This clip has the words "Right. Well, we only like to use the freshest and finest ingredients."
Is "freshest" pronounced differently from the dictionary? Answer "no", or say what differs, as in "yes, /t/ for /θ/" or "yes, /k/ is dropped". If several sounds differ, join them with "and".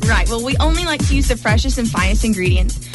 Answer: yes, /t/ is dropped